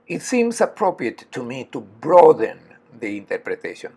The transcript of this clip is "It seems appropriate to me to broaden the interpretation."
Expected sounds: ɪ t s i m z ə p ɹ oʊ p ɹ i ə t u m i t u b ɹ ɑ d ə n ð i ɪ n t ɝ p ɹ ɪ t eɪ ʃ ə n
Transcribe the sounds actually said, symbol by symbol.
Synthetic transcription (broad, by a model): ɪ t s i m s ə p ɹ oʊ p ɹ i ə t u m i t u b ɹ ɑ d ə n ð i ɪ n t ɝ p ɹ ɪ t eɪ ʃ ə n